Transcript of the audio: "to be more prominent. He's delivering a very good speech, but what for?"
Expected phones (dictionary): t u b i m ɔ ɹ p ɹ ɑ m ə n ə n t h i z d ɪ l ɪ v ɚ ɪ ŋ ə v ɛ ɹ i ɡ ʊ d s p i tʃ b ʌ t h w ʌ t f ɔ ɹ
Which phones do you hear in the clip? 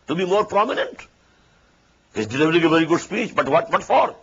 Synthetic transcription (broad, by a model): t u b i m ɔ ɹ p ɹ ɑ m ə n ə n t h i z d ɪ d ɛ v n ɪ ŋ ə v ɛ ɹ i ɡ ʊ d s p i tʃ b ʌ t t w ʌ t f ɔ ɹ